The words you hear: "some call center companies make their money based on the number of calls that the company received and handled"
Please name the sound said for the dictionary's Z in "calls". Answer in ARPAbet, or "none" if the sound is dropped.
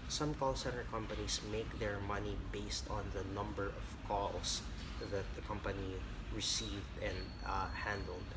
S